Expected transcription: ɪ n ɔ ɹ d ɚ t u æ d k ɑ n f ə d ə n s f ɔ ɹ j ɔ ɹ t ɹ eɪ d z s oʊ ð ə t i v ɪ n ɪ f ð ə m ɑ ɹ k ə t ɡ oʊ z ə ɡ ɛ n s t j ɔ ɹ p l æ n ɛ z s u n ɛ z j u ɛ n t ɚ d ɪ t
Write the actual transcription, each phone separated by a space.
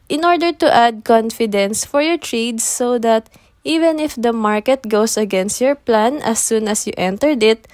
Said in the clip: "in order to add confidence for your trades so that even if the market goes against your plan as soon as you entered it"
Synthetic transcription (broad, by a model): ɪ n ɔ ɹ d ɚ t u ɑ d k ɑ n f ə d ə n s f ɔ ɹ j ɔ ɹ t ɹ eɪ d s oʊ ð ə t i v ɪ n ɪ f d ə m ɑ ɹ k ə t ɡ oʊ s ə ɡ ɛ n s t j ɔ ɹ p l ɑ n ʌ s u n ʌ s j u ɛ n t ɚ d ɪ t